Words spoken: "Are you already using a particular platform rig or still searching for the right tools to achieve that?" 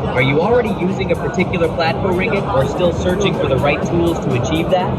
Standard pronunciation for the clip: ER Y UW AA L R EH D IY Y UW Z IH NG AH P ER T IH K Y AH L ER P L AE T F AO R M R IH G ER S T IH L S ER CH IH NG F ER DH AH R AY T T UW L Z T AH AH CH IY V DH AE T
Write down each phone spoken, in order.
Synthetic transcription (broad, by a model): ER Y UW AA L R EH D IY Y UW Z IH NG AH P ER T IH K Y L ER P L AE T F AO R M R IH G ER S T IH L S ER CH IH NG F ER DH AH R AY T T UW L Z T AH AH CH IY V DH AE T